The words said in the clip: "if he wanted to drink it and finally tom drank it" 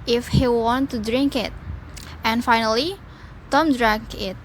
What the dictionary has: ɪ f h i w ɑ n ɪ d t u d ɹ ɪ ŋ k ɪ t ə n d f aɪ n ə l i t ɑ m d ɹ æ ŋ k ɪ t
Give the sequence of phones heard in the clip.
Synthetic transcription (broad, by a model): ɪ f h i w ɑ n t u d ɹ ɪ ŋ k ɪ t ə n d f aɪ n ə l i t ɑ m d ɹ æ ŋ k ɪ t